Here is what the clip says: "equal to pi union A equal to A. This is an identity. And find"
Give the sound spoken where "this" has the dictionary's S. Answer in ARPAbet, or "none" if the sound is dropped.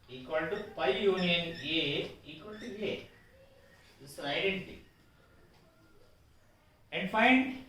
none